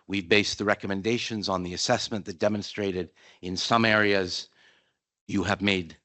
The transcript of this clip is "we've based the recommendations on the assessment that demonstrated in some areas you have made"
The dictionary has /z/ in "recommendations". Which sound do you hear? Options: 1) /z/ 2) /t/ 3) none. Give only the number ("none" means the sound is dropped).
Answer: 1